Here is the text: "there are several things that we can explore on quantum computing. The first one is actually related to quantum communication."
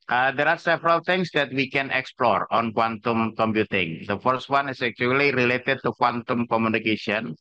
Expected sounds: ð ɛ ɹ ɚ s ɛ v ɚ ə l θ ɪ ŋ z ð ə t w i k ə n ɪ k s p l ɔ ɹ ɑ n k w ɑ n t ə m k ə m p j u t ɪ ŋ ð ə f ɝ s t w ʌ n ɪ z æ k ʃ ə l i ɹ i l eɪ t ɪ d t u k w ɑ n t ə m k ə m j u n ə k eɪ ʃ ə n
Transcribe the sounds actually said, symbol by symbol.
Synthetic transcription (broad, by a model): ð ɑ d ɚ s ɛ v ɚ ə l t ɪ ŋ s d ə t w i k ə n ɪ k s p l ɔ ɹ ɑ n k w ɑ n t ə m k ə m p j u t ɪ ŋ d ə f ɝ s t w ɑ n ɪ s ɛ k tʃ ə l i ɹ i l eɪ t ɪ d t u k w ɑ n t ə m k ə m j u n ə k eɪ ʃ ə n